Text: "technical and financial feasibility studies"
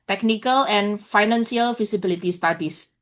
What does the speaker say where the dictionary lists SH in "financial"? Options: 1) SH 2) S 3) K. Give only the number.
2